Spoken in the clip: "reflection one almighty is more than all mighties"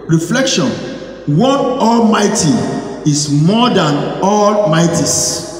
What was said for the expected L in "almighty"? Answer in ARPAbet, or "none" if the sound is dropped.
L